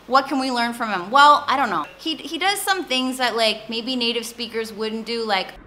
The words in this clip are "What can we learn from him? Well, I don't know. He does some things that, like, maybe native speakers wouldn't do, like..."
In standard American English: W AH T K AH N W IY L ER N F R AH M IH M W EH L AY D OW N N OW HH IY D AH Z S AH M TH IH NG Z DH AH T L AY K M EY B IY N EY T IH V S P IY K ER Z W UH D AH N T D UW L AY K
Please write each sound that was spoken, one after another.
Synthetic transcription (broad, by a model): W AH T K AH N W IY L ER N F R AH M IH M W EH L AY D OW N N OW HH IY D AH Z S AH M TH IH NG Z DH AH T L AY K M EY B IY N EY T IH V S P IY K ER Z W UH D N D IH L AY K